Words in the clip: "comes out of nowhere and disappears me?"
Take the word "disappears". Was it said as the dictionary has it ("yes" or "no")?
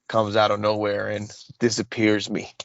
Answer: yes